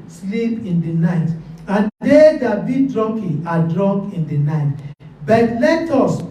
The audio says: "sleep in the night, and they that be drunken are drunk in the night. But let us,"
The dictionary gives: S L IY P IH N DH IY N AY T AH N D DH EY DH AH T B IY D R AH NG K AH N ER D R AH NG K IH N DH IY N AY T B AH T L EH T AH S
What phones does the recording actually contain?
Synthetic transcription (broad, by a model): S L IY P IH N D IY N AY T AH N D EY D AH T B IY D R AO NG K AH AA D R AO NG K IH N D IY N AY T B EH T L EH T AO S